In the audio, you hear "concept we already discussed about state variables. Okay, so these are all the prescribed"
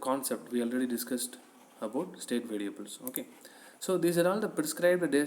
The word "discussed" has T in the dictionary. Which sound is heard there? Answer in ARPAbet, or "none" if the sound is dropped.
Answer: T